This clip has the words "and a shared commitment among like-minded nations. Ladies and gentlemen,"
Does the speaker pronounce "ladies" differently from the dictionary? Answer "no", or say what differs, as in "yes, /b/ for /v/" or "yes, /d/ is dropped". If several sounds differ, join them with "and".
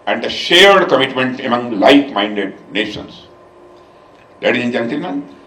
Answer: yes, /z/ is dropped